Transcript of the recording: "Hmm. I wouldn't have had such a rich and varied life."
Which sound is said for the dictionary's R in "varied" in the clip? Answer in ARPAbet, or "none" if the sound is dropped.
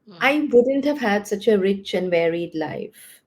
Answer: R